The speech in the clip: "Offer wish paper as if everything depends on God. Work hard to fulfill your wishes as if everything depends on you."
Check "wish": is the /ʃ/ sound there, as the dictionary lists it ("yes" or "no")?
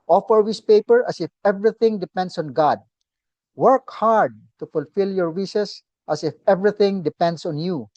no